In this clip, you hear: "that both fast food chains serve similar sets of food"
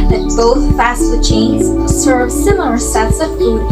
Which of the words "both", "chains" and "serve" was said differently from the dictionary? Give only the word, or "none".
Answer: none